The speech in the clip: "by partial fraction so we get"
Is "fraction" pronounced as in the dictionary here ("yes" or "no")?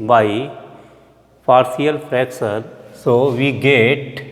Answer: no